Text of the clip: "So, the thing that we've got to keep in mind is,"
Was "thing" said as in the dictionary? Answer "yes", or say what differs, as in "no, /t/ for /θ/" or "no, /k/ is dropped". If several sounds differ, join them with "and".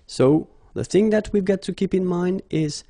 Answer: yes